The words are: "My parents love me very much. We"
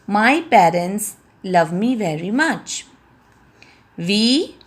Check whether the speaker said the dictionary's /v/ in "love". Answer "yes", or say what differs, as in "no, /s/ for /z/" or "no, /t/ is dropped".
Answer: yes